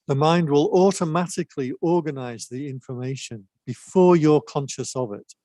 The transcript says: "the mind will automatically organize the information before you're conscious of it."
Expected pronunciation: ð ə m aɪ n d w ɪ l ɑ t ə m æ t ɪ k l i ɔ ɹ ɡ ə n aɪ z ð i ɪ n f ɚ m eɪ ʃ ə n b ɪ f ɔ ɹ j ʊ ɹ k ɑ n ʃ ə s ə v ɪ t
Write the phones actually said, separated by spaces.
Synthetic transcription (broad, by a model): ð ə m aɪ n d w ɪ l ɑ t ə m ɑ t ɪ k l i ɔ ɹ ɡ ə n aɪ z ð i ɪ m f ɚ m eɪ ʃ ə n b ɪ f ɔ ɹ j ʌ ɹ k ɑ n ʃ ə s ə v ɪ t